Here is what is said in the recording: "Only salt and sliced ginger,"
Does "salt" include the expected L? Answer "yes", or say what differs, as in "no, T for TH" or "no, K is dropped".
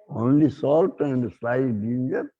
yes